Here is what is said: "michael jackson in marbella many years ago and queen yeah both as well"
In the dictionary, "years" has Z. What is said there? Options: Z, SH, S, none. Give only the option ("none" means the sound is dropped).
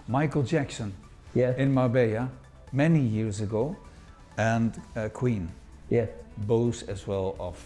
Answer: Z